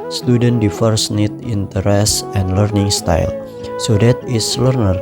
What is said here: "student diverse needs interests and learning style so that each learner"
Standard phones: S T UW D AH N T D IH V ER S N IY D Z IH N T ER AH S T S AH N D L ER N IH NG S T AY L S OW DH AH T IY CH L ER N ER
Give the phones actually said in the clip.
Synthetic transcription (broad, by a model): S T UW D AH N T D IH F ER S N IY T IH N T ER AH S S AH N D L ER N IH NG S T AY L S OW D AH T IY S L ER N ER